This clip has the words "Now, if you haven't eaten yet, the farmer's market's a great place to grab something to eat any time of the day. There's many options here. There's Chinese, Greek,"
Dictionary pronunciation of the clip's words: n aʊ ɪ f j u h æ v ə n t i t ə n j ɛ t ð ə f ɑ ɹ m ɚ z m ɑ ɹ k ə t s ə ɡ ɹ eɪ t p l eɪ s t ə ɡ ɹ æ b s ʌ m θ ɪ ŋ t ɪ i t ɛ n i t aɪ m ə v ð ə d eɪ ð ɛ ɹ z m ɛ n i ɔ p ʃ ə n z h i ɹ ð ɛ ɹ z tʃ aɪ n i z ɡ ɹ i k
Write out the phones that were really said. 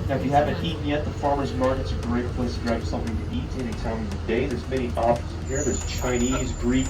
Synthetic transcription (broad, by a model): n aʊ ɪ f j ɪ h æ v ə n t i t n j ɛ t ð ə f ɑ ɹ m ɚ z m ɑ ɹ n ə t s ə ɡ ɹ eɪ t p l eɪ s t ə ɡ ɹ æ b s ʌ m θ ɪ ŋ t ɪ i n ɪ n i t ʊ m ə v ð ə d eɪ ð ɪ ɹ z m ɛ i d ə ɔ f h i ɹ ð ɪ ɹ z tʃ aɪ n i z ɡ ɹ i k